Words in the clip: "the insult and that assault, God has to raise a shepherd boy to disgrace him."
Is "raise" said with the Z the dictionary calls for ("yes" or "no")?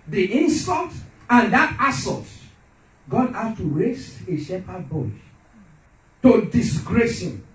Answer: no